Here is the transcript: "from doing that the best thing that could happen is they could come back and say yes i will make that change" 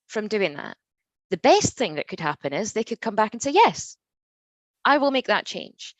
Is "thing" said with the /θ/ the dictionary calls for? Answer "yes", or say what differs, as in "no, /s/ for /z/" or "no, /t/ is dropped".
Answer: yes